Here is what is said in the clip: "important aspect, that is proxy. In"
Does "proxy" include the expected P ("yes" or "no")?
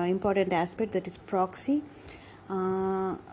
yes